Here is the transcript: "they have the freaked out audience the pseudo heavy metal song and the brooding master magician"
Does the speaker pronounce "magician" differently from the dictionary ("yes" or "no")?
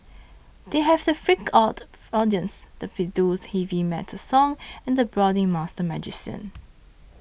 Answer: yes